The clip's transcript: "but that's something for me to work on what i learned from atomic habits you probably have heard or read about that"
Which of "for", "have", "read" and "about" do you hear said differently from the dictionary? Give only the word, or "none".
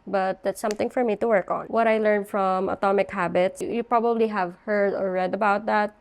none